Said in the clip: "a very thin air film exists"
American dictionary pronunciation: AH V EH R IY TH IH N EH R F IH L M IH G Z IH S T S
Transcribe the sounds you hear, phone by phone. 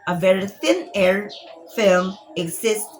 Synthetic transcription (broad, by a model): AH V EH R IY TH IH N EH R F IH L M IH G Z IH S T